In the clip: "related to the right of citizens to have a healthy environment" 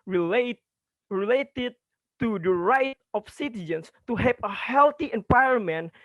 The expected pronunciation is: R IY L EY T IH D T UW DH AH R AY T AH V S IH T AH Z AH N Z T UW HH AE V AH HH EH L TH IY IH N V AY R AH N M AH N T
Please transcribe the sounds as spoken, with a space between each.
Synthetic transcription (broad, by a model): R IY L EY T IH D T UW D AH R AY T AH F S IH T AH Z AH N S T UW HH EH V AH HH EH L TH IY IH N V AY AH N M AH N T